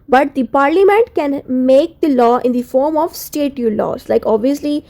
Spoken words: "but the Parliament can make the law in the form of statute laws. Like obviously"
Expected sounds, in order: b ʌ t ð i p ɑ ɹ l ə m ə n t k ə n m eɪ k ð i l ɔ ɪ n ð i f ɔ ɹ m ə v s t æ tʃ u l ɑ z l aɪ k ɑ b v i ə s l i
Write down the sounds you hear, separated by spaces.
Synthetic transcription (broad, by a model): b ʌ t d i p ɑ ɹ l ə m ə n t k ə n m eɪ k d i l ɔ ɪ n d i f ɔ ɹ m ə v s t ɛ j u l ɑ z l aɪ k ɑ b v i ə s l i